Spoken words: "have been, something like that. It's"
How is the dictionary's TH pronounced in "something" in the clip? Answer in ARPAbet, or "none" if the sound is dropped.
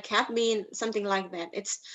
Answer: TH